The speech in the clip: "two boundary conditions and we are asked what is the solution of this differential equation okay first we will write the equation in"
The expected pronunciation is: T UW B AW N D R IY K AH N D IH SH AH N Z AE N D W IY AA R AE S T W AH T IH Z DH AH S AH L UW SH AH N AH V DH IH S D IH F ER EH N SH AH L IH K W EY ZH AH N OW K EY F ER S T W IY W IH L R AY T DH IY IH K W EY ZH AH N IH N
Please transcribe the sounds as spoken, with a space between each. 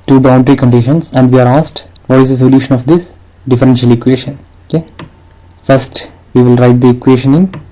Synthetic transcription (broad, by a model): T UW B AW N D R IY K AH N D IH SH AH N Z AE N D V IY AA R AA S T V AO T IH Z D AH S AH L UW SH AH N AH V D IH S D IH F ER EH N SH AH L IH K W EY SH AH N OW K EY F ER S T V IY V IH L R AY T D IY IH K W EY SH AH N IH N